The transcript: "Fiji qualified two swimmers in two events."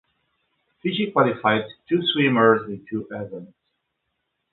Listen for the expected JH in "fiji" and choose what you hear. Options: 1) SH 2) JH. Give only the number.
1